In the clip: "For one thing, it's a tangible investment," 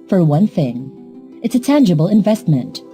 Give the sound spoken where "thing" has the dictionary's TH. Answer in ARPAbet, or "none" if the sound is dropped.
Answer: TH